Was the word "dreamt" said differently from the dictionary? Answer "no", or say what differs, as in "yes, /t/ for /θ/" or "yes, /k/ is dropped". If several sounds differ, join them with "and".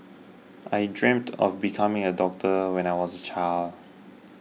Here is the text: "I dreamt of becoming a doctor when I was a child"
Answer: no